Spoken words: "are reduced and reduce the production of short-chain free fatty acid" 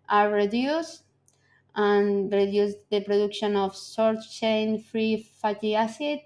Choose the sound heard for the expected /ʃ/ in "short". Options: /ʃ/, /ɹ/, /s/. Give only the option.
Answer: /s/